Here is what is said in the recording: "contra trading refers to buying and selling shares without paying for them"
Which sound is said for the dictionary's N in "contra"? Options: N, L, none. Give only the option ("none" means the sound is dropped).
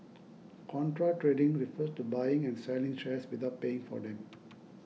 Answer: N